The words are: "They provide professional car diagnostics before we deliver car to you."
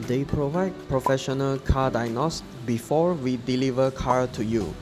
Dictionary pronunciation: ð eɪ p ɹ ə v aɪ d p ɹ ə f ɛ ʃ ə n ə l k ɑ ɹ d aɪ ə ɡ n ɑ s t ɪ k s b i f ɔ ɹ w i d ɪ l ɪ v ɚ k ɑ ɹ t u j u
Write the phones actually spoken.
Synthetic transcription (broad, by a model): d eɪ p ɹ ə v aɪ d p ɹ ə f ɛ ʃ ə n ə l k ɑ d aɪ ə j n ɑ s s b i f ɔ ɹ w i d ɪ l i v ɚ k ɑ ɹ t u j u